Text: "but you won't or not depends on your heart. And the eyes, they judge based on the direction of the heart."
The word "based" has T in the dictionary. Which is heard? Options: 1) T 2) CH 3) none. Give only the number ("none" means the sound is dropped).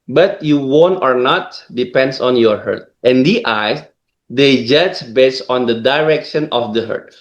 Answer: 3